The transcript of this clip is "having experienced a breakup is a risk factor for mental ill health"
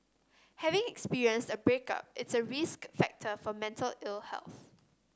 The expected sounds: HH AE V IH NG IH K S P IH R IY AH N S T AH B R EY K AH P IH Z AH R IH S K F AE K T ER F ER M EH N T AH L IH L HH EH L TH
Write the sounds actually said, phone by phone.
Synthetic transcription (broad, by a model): HH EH V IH NG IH K S P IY R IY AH N S T AH B R EY K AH P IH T AH R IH S K F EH K T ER F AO M EH N T AH L IH L HH EH L TH